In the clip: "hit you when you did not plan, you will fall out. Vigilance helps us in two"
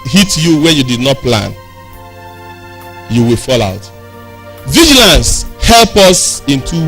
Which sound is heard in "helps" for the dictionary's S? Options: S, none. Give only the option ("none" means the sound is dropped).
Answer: none